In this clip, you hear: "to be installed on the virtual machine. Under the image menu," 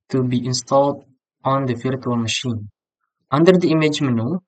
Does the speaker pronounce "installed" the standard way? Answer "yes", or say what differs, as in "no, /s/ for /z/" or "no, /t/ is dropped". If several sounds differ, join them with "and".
yes